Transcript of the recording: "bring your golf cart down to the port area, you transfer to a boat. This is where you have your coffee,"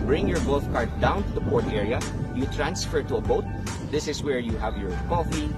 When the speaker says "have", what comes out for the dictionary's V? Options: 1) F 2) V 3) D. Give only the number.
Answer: 2